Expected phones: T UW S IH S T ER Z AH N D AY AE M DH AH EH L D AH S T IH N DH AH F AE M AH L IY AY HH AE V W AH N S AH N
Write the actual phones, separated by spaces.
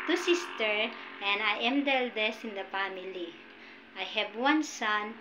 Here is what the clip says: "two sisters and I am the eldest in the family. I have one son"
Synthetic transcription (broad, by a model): T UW S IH S T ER AH N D AY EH M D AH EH L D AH S IH N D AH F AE M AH L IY AY HH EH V W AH N S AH N